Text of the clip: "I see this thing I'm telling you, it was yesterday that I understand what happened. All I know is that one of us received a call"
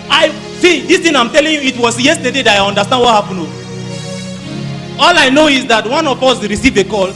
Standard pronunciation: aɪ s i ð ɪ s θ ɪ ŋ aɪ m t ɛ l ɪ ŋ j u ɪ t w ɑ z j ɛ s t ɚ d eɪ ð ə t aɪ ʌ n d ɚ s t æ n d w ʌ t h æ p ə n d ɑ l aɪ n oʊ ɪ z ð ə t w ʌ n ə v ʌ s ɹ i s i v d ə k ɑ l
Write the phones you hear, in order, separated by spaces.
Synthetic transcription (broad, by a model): aɪ s i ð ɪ s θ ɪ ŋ aɪ m t ɛ l ɪ ŋ j u ɪ t w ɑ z j ɛ s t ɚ d eɪ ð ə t aɪ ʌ n d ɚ s t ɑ n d w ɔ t h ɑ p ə n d ɑ l aɪ n oʊ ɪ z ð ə t w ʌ n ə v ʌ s ɹ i s i v ə k ɑ l